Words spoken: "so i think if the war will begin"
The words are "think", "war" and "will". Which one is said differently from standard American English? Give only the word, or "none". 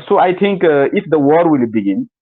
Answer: think